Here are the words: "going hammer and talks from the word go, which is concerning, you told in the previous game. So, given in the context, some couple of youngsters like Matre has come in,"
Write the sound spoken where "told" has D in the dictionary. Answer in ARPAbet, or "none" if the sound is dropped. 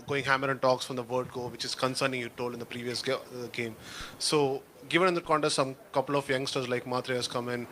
none